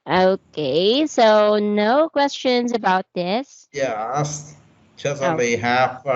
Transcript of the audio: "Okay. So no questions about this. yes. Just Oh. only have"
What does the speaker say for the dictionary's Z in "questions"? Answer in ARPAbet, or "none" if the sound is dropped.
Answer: Z